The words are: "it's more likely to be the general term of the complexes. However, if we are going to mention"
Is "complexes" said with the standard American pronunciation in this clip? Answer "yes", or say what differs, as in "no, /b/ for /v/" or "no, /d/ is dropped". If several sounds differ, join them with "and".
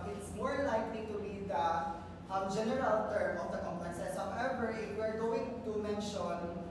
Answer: no, /l/ is dropped and /s/ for /z/